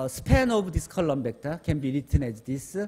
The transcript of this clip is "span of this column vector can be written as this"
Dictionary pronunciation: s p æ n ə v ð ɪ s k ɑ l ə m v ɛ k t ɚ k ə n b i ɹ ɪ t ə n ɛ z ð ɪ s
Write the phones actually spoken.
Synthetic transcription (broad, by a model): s p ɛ n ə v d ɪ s k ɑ l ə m b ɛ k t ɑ k ə n b i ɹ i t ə n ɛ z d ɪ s